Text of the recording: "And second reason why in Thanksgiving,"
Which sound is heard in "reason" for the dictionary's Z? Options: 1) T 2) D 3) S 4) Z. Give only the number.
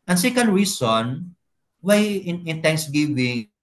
3